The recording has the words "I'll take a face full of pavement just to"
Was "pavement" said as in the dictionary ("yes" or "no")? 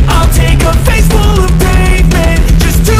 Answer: no